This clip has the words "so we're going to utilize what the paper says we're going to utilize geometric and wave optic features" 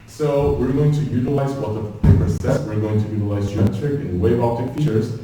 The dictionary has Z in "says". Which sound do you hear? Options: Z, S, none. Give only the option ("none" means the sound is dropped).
S